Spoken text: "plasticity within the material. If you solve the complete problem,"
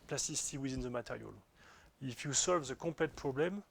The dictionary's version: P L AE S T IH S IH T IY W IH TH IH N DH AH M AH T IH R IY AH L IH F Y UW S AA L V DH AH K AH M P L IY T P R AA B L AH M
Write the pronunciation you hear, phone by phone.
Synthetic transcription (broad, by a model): P L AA S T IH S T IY W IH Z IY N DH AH M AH T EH R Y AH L IH F Y UW S AA L V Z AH K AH P L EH T P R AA B L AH M